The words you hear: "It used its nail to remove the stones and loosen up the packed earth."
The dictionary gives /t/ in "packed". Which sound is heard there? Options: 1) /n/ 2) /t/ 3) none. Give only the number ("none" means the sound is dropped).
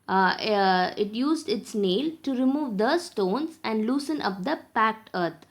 2